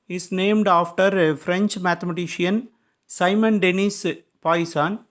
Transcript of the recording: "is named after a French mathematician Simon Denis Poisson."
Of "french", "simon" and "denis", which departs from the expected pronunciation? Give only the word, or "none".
none